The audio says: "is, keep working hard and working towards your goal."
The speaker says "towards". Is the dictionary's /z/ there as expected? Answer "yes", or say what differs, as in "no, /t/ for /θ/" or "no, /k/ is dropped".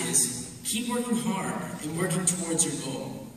yes